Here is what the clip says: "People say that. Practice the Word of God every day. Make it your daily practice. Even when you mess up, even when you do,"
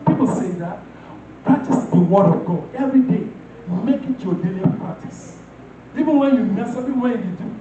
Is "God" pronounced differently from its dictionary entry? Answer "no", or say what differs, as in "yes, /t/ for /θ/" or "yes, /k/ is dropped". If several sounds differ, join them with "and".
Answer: yes, /d/ is dropped